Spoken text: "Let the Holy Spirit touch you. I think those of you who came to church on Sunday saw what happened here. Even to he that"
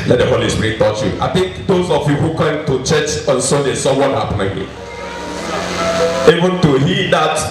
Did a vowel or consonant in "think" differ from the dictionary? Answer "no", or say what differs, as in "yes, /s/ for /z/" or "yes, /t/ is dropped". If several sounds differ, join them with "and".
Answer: yes, /t/ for /θ/